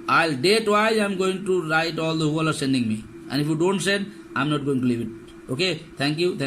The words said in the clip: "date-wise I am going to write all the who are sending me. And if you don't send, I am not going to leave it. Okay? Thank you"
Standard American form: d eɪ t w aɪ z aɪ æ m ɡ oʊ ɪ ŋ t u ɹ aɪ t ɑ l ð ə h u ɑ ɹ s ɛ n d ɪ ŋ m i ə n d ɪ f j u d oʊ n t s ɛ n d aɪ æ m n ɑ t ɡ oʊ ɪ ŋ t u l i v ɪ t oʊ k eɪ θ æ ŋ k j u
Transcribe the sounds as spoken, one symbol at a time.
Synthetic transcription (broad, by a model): d eɪ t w aɪ aɪ m ɡ oʊ ɪ ŋ t u ɹ aɪ t ɑ l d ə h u ɑ ɹ s ɛ n d ɪ ŋ m i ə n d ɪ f j u d oʊ n t s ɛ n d aɪ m n ɑ t ɡ oʊ ɪ ŋ t u l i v ɪ t oʊ k eɪ t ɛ ŋ k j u